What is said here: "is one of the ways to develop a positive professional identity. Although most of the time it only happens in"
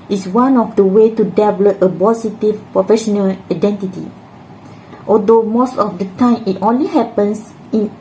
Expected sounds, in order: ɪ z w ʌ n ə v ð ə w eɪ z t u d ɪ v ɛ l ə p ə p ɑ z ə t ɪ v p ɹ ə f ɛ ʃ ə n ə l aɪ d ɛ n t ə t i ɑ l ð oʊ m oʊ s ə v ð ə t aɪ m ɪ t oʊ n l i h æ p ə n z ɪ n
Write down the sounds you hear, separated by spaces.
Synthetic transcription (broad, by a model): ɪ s w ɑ n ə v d ə w eɪ t u d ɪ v l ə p ə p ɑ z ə t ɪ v p ɹ ə f ɛ ʃ ə n ə l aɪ d ɛ n t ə t i ɑ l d oʊ m oʊ s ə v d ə t aɪ m ɪ t oʊ n l i h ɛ p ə n s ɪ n